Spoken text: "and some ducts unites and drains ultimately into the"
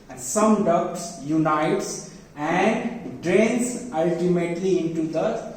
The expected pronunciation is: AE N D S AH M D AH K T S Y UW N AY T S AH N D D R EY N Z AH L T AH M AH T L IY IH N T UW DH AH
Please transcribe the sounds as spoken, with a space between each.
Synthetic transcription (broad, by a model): S AH M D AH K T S Y UW N AY T S AH N D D R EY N S AH L T AH M AH T L IY IH N T UW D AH